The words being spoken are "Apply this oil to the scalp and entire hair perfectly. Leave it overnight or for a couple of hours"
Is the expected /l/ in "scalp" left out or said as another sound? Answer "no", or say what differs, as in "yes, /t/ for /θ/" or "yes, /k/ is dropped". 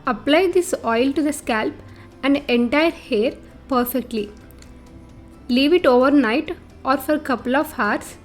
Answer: no